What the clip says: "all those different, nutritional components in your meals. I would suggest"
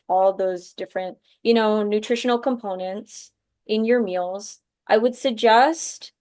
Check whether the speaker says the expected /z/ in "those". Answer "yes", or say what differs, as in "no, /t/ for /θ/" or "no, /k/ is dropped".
yes